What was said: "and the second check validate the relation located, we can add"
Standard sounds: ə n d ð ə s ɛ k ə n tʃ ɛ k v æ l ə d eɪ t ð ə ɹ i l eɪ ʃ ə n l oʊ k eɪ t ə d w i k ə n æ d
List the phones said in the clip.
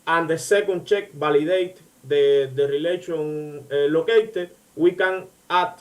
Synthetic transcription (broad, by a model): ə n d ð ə s ɛ k ə n tʃ ɛ k b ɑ l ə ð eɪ t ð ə ɹ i l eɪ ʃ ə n l oʊ k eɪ t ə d w i k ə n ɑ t